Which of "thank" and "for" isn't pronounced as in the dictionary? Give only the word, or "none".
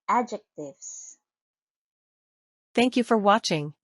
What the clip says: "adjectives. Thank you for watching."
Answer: none